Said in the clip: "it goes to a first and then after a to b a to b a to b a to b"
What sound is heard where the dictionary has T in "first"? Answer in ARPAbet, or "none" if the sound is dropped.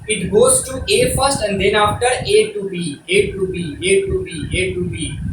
T